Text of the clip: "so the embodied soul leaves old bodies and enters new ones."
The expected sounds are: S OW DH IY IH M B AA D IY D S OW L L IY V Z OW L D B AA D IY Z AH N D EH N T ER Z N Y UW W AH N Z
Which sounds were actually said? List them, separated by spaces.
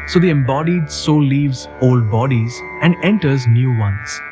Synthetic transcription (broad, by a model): S OW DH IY IH M B AA D IY D S OW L L IY V Z OW L D B AA D IY Z AH N D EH N T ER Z N Y UW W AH N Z